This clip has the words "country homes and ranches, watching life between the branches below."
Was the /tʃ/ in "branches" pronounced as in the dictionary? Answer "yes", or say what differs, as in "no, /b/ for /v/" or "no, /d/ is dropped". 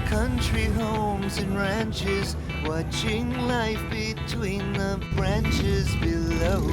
yes